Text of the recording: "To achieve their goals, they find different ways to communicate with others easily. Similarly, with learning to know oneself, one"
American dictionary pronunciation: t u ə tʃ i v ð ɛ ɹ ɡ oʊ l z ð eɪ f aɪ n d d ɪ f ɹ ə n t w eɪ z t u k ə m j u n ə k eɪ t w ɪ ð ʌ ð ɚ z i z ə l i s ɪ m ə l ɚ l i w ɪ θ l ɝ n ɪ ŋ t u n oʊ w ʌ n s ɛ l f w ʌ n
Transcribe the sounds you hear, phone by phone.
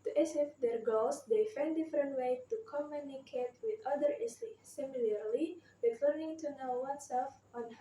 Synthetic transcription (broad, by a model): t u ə s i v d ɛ ɹ ɡ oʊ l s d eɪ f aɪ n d d ɪ f ɹ ə n t w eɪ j t u k ə m j u n ə k eɪ t w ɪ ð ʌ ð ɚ i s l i s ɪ m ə l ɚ l i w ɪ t l ɝ n ɪ ŋ t u n oʊ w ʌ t s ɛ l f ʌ n